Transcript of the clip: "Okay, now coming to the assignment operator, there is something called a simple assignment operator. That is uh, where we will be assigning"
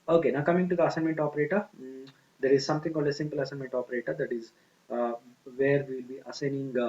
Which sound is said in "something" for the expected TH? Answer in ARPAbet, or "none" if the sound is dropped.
T